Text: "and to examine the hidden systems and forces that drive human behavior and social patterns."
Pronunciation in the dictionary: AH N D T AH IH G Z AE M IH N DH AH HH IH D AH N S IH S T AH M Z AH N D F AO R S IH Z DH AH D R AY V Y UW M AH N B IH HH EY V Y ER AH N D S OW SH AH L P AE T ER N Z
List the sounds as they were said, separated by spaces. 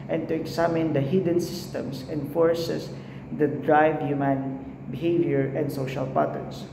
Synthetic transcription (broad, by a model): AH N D T AH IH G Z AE M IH N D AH HH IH D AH N S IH S T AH M S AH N F AO R S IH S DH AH D R AY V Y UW M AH N B IH HH EY V Y ER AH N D S OW SH AH L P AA T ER N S